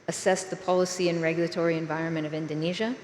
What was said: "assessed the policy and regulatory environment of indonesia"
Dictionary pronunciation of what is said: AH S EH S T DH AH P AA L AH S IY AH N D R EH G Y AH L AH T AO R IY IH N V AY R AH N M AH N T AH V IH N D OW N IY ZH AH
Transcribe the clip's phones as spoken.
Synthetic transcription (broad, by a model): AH S EH S DH AH P AA L AH S IY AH N R EH G Y L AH T AO R IY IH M V AY R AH N M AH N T AH V IH N D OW N IY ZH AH